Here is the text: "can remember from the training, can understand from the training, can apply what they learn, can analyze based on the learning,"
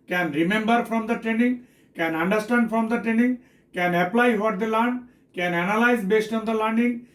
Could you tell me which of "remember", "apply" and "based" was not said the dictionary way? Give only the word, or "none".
none